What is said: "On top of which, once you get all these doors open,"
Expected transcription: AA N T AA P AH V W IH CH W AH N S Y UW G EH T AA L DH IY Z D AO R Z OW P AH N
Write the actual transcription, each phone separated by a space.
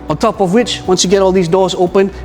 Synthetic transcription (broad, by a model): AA N T AA P AH V W IH CH W AH N S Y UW G EH T AA L DH IY Z D AO R Z OW P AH N